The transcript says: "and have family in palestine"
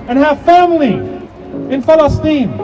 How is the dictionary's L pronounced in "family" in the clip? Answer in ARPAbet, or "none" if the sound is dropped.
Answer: L